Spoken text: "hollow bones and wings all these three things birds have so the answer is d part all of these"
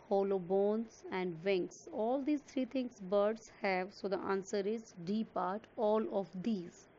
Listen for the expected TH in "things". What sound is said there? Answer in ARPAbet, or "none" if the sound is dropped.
T